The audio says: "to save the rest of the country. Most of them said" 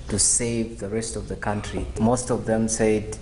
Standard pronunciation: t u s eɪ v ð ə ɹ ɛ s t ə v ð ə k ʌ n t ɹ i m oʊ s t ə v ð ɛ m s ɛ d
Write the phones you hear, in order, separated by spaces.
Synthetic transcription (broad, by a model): t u s eɪ v ð ə ɹ ɛ s t ə v ð ə k ʌ n t ɹ i m oʊ s t ə v ð ɛ m s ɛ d